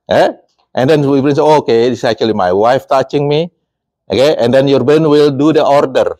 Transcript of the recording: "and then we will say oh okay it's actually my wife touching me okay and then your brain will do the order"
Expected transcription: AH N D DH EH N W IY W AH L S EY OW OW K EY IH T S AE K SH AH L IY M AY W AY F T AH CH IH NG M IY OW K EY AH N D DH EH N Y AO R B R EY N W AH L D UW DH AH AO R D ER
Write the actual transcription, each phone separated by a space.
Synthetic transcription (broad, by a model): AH N D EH N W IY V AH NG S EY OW OW K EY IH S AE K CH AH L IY M AY W AY F T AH CH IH NG M IY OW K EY AH N D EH N Y AO R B EY N W AH L D UW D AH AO R D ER